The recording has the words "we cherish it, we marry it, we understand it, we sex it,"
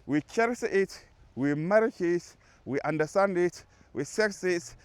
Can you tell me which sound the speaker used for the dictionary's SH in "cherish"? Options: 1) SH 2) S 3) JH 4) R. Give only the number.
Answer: 2